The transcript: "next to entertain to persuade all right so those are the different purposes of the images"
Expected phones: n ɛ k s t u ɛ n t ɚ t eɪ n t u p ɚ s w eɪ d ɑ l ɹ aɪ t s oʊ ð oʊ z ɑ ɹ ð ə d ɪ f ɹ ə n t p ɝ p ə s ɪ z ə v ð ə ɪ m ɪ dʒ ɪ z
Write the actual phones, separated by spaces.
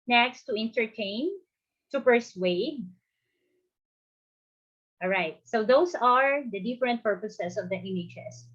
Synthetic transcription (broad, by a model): n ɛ k s t u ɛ n t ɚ t eɪ n t u p ɚ s w eɪ d ɑ l ɹ aɪ t s oʊ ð oʊ s ɑ ɹ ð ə d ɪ f ɹ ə n t p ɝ p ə s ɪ s ə v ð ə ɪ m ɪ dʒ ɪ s